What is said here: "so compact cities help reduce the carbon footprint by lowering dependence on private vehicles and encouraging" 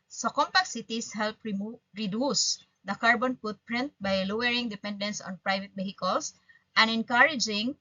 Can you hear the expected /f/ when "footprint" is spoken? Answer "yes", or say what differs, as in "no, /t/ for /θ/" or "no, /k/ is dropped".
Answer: no, /p/ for /f/